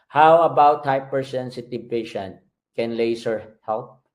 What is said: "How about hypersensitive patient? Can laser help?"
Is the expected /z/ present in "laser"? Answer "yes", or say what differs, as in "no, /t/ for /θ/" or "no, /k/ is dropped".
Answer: no, /s/ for /z/